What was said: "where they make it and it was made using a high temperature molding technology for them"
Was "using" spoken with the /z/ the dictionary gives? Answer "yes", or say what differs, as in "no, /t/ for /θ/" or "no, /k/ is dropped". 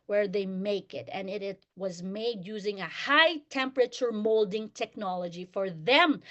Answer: yes